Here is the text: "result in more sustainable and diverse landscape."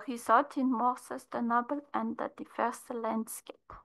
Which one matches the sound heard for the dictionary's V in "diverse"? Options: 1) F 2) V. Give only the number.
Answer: 1